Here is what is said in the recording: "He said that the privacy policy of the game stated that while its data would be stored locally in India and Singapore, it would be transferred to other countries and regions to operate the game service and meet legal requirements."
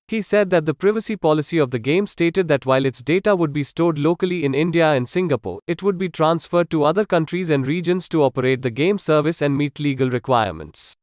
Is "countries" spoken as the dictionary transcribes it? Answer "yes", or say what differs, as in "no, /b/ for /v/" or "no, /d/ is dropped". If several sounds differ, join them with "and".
yes